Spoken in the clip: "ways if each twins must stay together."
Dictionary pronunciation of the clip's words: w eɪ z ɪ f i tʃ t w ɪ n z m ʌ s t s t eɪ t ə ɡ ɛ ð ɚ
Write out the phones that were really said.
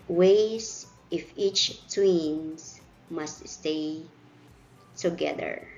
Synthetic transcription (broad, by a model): w eɪ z ɪ f i tʃ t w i n s m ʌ s t s t eɪ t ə ɡ ɛ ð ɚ